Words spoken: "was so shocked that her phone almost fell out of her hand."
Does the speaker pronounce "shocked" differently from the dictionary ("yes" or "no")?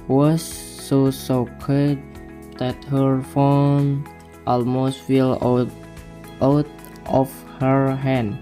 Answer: yes